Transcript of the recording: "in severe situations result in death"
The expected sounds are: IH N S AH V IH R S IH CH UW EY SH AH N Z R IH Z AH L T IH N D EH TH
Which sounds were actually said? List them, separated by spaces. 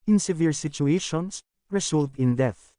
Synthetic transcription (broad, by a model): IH N S AH V IH R S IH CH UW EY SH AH N S R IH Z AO L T IH N D EH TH